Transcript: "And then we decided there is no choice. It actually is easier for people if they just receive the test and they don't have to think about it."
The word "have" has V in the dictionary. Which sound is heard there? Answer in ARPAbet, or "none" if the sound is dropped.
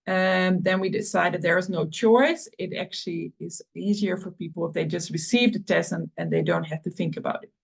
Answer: F